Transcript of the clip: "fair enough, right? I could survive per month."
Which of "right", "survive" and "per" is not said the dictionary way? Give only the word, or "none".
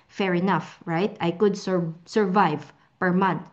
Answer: none